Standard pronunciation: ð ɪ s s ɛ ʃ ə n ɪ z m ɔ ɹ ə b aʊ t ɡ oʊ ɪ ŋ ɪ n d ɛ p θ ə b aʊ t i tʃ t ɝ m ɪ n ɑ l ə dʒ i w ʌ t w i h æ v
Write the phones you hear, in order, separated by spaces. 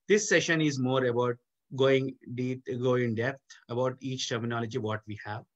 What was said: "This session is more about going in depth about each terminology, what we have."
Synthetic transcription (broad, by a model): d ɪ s s ɛ ʃ ə n ɪ z m ɔ ɹ ə b aʊ t ɡ oʊ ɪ ŋ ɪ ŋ d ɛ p t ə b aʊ t i tʃ t ɝ m ɪ n ɑ l ə dʒ i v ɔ t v i h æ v